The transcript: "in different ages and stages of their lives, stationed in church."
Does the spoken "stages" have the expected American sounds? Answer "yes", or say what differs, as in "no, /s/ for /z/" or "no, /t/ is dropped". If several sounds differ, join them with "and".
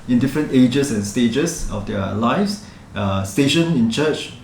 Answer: no, /s/ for /z/